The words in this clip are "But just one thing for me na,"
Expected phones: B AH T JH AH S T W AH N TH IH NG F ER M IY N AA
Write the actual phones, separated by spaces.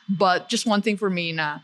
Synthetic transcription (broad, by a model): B AH T JH AH S T W AH N TH IH NG F ER M IY N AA